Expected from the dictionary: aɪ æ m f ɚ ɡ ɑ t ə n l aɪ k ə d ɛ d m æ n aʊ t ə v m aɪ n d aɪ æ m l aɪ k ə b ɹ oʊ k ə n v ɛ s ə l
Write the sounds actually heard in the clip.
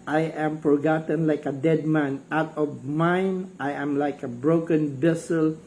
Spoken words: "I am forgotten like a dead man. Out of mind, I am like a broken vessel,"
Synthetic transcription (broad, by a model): aɪ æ m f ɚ ɡ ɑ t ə n l aɪ k ə d ɛ d m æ n aʊ t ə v m aɪ n aɪ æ m l aɪ k ə b ɹ oʊ k ə n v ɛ s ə l